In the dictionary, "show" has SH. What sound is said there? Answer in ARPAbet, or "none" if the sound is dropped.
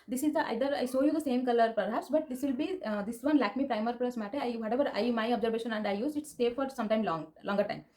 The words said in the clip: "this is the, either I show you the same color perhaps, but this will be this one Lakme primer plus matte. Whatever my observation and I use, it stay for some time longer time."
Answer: S